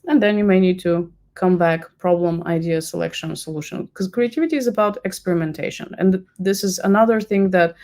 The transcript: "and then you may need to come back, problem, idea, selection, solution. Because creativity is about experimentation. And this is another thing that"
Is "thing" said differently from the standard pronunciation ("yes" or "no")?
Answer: no